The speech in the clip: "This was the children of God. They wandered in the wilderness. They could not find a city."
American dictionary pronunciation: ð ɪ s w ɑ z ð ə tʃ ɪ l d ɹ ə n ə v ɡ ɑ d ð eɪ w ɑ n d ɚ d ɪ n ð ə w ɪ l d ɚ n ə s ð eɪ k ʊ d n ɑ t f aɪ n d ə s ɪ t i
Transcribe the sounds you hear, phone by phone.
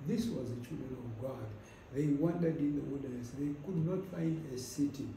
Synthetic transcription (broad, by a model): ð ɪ s w ɑ z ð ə tʃ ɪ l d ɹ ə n ə v ɡ ɑ d ð eɪ w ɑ n d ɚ d ɪ n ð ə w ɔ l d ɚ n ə s ð eɪ k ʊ d n ɑ t f aɪ n d ə s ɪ t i